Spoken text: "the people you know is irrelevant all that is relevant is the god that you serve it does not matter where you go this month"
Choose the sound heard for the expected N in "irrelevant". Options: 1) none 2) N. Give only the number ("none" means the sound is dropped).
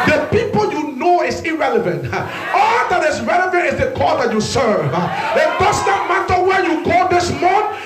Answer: 2